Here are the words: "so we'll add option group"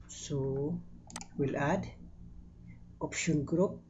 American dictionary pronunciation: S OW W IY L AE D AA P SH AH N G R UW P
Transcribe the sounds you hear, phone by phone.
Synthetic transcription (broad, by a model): S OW W IY L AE D AA P SH AH N G R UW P